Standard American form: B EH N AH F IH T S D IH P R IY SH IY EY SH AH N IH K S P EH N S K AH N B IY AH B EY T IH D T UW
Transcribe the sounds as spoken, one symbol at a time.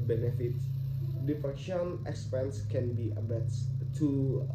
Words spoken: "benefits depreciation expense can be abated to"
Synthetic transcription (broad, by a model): B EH N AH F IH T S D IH F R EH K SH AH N IH K S P EH N S K AH N B IY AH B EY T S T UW